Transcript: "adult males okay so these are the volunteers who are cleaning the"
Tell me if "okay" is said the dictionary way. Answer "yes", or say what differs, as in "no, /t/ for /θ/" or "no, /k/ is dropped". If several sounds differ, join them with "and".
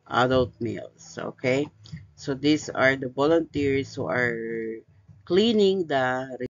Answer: yes